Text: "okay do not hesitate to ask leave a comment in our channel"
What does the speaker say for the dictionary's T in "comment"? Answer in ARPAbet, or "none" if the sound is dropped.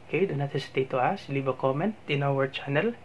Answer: T